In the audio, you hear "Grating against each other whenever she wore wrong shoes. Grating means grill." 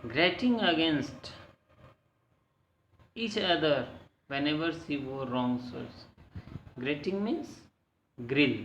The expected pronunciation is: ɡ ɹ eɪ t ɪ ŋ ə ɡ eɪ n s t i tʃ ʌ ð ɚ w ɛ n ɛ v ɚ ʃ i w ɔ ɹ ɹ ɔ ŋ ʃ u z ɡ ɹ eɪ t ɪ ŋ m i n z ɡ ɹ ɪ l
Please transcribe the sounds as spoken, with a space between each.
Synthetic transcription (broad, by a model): ɡ ɹ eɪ t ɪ ŋ ə ɡ eɪ n s t i tʃ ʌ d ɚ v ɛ n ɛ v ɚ s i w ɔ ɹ ɹ ɔ ŋ s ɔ s ɡ ɹ eɪ t ɪ ŋ m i n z ɡ ɹ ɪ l